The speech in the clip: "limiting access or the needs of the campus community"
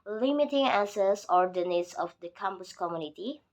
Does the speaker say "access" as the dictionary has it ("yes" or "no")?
no